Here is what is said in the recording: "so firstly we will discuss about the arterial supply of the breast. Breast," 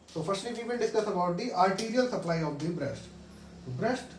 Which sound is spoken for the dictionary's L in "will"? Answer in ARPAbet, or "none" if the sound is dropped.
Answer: N